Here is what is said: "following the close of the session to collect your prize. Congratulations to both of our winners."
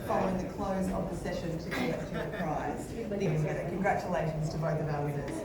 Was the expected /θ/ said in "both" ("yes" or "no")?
yes